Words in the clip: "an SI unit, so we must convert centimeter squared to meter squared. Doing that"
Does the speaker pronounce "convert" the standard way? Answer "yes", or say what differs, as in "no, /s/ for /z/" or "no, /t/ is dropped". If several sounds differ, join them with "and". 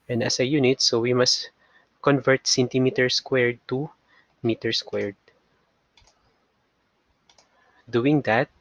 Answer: yes